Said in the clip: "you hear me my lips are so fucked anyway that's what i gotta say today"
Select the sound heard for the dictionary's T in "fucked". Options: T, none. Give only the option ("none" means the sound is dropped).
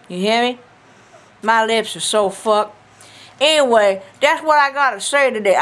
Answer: none